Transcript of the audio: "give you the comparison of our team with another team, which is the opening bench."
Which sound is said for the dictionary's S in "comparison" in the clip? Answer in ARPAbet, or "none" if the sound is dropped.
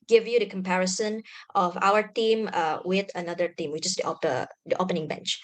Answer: S